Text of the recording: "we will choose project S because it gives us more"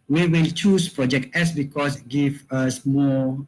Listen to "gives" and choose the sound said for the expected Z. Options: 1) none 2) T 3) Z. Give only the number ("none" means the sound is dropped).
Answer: 1